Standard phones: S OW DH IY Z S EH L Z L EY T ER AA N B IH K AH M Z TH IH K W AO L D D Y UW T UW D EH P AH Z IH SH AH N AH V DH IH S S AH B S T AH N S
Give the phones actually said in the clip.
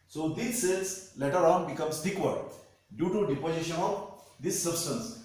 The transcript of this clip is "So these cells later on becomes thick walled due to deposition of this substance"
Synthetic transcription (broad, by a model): S OW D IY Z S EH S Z L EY T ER AA N B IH K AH M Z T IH K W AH D D Y UW T UW D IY P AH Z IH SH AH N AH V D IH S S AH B S T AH N S